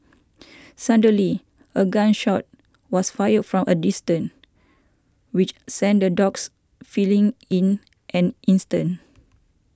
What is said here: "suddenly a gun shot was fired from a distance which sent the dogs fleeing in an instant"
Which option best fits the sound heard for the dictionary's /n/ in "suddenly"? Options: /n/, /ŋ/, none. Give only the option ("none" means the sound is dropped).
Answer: none